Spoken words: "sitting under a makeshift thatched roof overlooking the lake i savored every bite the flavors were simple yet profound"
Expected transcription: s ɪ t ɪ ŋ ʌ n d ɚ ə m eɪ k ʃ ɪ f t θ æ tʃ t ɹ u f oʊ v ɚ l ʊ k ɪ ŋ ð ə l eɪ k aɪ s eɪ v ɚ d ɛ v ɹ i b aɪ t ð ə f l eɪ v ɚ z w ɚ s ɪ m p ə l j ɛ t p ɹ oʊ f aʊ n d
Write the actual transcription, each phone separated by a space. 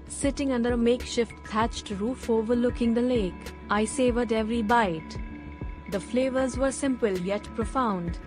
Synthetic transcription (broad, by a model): s ɪ t ɪ ŋ ʌ n d ɚ ə m eɪ k ʃ ɪ f t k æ tʃ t ɹ u f oʊ v ɚ l ʊ k ɪ ŋ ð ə l eɪ k aɪ s eɪ v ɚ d ɛ v ɹ i b aɪ t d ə f l eɪ v ɚ z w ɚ s ɪ m p ə l j ɛ t p ɹ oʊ f aʊ n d